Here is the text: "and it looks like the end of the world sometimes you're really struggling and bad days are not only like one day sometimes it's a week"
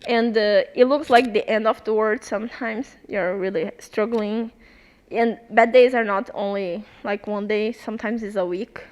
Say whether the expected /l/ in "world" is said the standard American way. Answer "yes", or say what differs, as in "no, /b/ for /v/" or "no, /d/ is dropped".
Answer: no, /l/ is dropped